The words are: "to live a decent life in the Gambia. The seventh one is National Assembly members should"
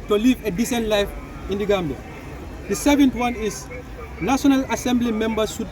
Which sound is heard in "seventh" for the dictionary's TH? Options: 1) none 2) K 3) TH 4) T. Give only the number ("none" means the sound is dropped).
4